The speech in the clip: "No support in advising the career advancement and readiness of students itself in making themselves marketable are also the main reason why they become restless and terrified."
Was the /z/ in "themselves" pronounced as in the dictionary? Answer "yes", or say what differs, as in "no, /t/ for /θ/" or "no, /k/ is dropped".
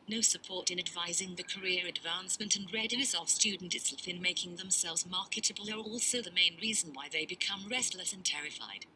yes